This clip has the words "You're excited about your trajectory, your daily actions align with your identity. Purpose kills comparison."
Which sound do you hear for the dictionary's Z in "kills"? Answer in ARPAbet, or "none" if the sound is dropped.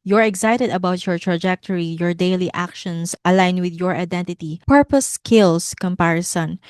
S